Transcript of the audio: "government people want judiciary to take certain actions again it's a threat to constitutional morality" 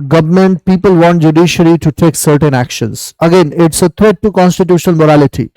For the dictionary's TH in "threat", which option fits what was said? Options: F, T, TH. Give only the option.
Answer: T